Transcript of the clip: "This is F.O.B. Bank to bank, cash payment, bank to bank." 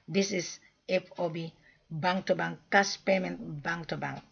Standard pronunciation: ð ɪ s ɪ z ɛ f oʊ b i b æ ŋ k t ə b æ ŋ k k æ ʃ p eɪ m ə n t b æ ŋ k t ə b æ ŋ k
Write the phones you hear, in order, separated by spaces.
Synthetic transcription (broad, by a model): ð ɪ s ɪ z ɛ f oʊ b i b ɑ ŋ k t ə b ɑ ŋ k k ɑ s p eɪ m ə n t b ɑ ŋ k t ə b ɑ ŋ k